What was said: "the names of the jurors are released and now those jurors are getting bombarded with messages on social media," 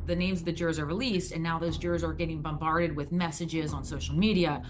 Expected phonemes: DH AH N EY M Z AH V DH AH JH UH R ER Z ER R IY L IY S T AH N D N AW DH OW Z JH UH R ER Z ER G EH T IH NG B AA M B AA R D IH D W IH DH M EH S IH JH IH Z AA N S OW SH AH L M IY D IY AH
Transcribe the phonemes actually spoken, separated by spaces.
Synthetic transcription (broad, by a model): DH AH N EY M Z AH V DH AH JH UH R Z ER R IY L IY S T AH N N AW DH OW Z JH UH R Z ER G EH T IH NG B AA M B AA R D IH D W IH DH M EH S IH JH IH Z N S OW SH L M IY D IY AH